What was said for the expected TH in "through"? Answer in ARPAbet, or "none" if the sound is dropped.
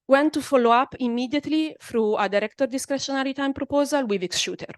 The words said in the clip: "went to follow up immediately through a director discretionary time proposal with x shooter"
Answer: F